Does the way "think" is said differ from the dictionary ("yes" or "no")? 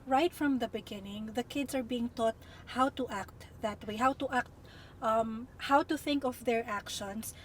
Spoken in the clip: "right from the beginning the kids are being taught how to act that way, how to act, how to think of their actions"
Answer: no